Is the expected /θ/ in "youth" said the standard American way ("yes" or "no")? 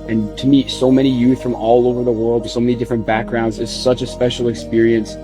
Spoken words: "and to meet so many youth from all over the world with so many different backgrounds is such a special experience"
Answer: yes